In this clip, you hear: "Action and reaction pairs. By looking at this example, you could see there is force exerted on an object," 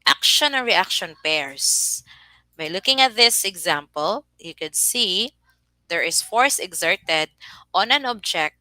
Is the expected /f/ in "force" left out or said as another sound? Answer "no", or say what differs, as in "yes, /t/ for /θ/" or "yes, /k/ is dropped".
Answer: no